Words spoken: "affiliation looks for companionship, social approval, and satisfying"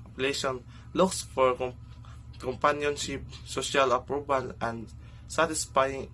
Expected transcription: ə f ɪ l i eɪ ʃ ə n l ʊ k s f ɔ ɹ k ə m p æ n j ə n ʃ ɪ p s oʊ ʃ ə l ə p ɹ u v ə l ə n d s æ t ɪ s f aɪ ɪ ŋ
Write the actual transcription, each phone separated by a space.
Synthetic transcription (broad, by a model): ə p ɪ l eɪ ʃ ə n l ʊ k s f ɔ ɹ k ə m p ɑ n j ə n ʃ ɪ p s oʊ ʃ ə l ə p ɹ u b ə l ə n d s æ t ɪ s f aɪ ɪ ŋ